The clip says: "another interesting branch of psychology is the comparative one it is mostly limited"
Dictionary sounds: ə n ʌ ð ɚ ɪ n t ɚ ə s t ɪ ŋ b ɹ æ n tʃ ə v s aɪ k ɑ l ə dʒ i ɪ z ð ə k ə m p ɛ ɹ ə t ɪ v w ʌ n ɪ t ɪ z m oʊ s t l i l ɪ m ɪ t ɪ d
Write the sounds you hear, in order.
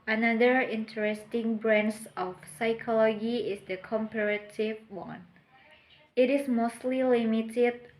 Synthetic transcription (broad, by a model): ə n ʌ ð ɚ ɪ n t ɚ ə s t ɪ ŋ b ɹ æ n s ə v s aɪ k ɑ l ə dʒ i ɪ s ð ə k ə m p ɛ ɹ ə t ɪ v w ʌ n ɪ t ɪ s m oʊ s t l i l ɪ m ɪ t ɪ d